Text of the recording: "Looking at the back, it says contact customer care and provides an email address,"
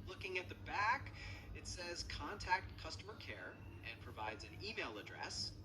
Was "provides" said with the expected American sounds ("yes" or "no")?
yes